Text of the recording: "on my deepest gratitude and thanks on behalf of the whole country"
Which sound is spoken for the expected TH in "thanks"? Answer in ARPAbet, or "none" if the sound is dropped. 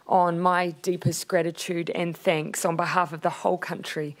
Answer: TH